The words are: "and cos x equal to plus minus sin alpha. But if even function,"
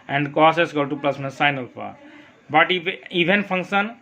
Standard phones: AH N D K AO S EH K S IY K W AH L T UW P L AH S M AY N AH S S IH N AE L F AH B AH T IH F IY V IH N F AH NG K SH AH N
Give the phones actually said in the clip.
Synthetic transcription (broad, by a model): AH N D K AO S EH S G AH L T UW P L AH S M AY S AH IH N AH L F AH B AH T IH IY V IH N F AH NG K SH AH N